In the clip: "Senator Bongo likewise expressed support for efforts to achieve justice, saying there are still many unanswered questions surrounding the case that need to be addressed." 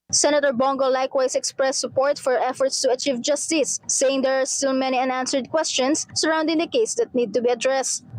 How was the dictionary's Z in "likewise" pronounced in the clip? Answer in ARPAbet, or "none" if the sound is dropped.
S